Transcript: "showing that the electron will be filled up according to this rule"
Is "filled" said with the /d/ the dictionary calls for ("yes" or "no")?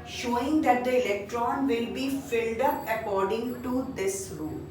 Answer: yes